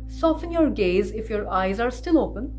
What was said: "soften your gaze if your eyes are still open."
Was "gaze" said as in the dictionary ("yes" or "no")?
yes